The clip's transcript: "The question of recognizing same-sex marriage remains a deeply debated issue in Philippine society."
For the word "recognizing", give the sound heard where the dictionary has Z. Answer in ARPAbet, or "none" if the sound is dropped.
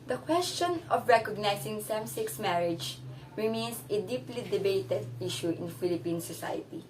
S